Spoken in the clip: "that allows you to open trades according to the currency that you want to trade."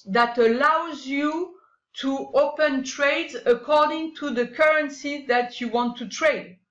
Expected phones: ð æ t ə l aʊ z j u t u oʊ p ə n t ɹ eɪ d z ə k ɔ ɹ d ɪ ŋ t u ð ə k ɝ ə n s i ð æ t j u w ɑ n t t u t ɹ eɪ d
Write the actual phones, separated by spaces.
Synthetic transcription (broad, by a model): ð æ t ə l aʊ z j u t u oʊ p ə n t ɹ eɪ d z ə k ɔ ɹ d ɪ ŋ t u ð ə k ɝ ə n s i ð æ t j u w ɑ n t t u t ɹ eɪ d